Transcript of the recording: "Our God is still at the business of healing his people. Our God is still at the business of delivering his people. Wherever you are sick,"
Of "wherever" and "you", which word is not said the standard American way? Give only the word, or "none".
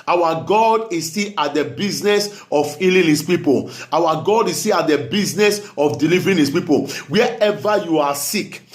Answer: wherever